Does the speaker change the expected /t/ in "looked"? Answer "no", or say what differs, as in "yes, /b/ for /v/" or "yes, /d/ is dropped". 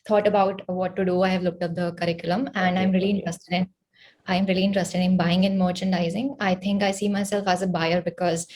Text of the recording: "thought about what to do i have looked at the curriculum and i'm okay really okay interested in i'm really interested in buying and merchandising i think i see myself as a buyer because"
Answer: no